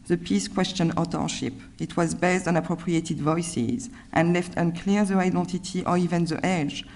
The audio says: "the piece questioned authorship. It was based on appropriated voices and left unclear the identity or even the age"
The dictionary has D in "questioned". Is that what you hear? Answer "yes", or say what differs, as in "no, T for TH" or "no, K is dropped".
no, D is dropped